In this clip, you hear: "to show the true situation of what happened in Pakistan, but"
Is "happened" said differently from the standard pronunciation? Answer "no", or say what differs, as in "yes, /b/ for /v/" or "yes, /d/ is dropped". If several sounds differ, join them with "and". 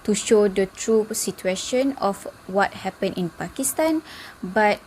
yes, /d/ is dropped